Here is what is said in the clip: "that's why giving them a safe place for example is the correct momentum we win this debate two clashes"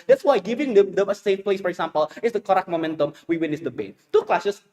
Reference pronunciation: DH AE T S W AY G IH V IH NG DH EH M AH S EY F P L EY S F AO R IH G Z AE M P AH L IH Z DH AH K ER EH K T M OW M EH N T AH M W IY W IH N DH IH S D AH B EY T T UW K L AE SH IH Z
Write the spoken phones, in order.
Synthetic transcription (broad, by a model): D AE T S W AY G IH V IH NG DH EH M AH S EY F P L EY S F AO R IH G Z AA M P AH L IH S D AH K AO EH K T M OW M EH N T AH M W IY W IH N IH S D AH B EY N T UW K L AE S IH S